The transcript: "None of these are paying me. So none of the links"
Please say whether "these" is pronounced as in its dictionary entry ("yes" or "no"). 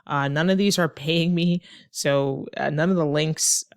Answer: yes